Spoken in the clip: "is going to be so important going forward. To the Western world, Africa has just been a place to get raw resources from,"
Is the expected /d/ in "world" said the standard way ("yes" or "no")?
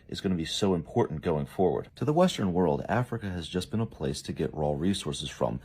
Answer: yes